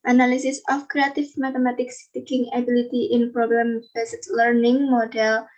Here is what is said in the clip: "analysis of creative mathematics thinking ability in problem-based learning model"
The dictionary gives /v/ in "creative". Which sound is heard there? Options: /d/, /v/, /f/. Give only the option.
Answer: /f/